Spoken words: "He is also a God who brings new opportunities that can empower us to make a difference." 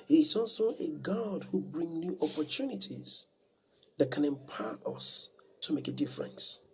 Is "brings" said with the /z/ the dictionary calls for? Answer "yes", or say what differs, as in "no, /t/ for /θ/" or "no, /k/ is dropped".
no, /z/ is dropped